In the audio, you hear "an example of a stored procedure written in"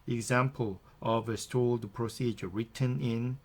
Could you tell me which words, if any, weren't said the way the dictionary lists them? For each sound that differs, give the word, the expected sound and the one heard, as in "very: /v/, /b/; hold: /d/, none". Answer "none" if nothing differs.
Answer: stored: /ɹ/, /l/